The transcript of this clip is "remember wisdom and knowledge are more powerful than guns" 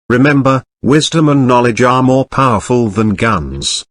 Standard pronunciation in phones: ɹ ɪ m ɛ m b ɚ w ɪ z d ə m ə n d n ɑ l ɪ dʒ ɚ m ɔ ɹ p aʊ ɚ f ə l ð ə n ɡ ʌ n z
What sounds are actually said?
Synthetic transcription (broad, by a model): ɹ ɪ m ɛ m b ɚ w ɪ z d ə m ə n n ɑ l ɪ dʒ ɚ m ɔ ɹ p aʊ ɚ f ə l ð ə n ɡ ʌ n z